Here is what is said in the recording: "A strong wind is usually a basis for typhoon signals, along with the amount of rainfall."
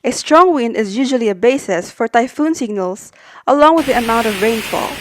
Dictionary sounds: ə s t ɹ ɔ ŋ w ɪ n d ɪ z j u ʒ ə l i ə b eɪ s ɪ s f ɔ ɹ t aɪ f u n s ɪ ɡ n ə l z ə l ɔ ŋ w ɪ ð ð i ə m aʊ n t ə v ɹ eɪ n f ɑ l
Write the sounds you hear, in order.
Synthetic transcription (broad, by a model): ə s t ɹ ɔ ŋ w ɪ n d ɪ z j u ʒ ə l i ə b eɪ s ɪ s f ɔ ɹ t aɪ f u n s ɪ ɡ n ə l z ə l ɔ ŋ w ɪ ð ð i ə m aʊ n t ə v ɹ eɪ n f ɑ l